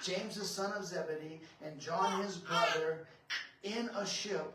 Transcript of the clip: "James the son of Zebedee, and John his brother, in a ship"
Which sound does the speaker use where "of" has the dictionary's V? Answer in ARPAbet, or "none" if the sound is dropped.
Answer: V